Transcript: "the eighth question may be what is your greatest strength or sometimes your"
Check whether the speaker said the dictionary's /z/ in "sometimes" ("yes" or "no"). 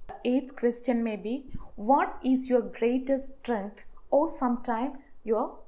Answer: no